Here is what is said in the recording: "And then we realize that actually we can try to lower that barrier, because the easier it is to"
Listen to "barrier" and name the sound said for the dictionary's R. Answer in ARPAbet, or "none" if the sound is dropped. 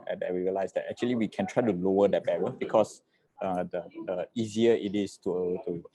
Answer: W